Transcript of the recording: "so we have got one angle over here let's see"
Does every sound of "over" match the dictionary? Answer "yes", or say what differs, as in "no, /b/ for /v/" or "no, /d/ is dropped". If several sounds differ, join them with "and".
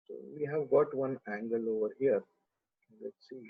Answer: yes